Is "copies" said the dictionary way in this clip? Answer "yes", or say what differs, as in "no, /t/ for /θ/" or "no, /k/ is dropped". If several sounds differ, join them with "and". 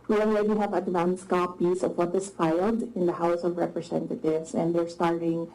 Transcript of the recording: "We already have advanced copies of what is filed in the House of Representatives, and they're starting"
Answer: no, /s/ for /z/